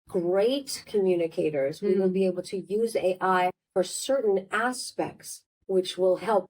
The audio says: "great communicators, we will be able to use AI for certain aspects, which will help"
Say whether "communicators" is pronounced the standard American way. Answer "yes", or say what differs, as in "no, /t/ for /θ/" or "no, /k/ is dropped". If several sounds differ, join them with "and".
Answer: yes